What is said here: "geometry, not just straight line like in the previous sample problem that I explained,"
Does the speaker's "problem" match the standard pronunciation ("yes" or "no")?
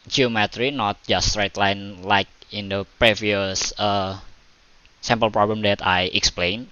yes